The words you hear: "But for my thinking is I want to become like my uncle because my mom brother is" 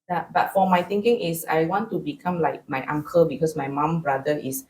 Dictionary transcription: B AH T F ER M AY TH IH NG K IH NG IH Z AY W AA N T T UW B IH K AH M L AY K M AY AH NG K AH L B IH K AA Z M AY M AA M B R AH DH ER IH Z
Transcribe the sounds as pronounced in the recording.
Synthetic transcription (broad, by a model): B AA T F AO M AY T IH NG K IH NG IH S AY W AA N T T UW B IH K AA M L AY K M AY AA NG K AH L B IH K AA S M AY M AA M B R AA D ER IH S